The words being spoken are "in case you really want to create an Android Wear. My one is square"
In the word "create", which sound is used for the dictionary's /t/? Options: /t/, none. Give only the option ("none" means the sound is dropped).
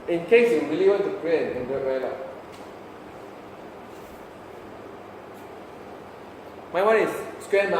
none